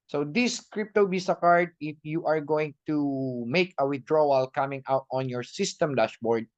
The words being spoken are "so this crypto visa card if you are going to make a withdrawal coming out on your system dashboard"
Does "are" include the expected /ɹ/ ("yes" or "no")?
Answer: yes